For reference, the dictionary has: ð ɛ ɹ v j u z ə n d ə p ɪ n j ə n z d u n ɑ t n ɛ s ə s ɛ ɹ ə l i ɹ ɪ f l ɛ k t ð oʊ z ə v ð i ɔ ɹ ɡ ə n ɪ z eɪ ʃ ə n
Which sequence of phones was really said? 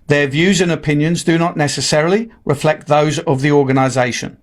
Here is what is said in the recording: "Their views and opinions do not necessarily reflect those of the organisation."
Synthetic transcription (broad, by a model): ð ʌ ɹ v j u z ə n ə p ɪ n j ə n z d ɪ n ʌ t n ɛ s ə s ɛ ɹ ə l i ɹ ɪ f l ɛ k t ð oʊ z ə v ð i ɔ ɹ ɡ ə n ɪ z eɪ ʃ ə n